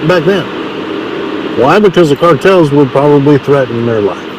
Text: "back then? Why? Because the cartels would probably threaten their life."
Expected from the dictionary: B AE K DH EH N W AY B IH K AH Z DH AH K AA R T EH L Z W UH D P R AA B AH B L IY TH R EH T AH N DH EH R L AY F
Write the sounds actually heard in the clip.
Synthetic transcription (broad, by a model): B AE K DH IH N W AY B IH K AH Z DH AH K AA R T EH L Z W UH D P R AA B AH B L IY TH R EH T N DH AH R L AY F